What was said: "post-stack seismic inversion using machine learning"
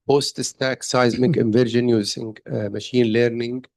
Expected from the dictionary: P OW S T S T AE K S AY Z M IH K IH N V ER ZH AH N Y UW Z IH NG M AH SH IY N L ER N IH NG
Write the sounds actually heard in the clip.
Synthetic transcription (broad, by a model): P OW S T S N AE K S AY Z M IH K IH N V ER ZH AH N Y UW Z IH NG M AH SH IY N L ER N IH NG